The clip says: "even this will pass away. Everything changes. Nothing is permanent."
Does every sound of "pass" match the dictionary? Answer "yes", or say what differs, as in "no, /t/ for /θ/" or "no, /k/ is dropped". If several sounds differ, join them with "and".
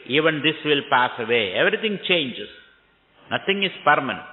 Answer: yes